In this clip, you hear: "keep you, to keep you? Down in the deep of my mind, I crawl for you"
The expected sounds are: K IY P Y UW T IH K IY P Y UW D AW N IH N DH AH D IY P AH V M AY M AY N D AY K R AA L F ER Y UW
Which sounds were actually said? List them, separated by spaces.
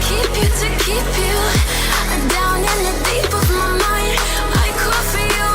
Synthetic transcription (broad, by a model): K IY P Y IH T IH K IY P Y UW D AW N IH N DH AH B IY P AH V M AY M AY N D AY K AH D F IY